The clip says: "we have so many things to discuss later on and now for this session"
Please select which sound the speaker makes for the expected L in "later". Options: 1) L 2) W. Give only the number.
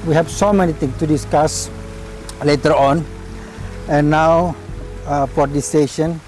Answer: 1